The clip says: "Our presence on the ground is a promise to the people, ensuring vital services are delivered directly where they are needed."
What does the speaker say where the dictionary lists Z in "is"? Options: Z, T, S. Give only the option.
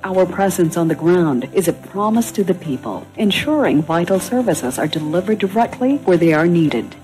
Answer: Z